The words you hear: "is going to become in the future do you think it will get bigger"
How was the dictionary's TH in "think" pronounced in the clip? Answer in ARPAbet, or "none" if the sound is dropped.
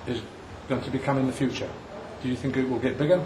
TH